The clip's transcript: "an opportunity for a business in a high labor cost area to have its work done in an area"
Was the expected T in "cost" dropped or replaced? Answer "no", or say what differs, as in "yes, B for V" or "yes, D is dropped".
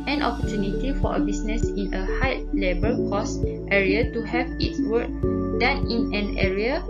no